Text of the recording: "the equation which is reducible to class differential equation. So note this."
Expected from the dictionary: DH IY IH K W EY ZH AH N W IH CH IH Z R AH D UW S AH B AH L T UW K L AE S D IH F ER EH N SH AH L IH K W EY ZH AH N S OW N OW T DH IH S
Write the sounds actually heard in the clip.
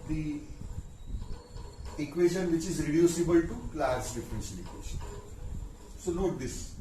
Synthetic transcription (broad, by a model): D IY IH K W EY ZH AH N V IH CH IH Z R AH D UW S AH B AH L T UW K L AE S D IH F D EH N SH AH N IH K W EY SH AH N S OW N OW T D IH S